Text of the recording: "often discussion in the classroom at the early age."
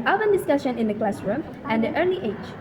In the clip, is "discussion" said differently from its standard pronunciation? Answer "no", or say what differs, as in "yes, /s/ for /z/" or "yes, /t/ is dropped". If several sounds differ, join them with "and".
no